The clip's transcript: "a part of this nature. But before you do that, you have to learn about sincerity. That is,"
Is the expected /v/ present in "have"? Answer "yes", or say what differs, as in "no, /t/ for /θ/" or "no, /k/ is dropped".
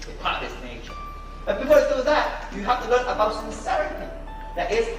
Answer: no, /f/ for /v/